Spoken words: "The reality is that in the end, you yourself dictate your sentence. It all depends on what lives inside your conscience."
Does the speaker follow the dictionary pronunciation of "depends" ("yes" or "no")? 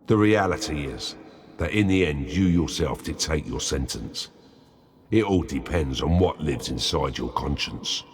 yes